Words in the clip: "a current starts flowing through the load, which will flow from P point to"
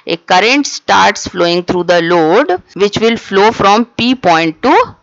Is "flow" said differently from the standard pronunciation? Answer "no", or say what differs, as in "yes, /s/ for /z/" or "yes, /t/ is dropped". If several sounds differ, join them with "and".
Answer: no